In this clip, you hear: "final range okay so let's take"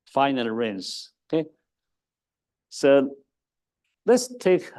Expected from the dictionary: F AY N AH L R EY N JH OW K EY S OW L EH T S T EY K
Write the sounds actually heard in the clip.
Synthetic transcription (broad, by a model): F AY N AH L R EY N Z OW K EY S OW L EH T S T EY K